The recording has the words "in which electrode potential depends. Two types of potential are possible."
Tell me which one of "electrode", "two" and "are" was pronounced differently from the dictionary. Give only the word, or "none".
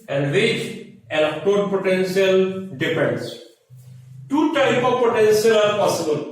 electrode